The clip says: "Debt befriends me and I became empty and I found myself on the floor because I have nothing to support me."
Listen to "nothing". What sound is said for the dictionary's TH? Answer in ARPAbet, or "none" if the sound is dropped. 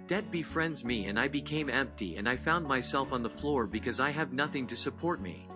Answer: TH